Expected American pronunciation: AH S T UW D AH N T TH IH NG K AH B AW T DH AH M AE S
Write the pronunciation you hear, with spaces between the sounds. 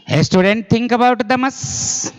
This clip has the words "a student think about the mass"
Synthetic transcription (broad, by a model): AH S T UW D AH N T T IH NG K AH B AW T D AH M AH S